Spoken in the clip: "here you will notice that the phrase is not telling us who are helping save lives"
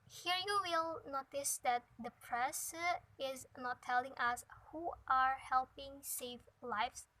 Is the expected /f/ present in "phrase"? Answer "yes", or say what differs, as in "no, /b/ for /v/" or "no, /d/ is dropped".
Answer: no, /p/ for /f/